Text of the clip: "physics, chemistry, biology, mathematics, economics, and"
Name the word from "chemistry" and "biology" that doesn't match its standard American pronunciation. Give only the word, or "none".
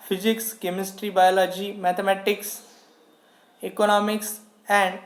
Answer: none